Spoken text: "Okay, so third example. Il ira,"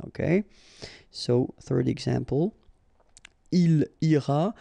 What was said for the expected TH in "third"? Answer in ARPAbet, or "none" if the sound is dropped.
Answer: TH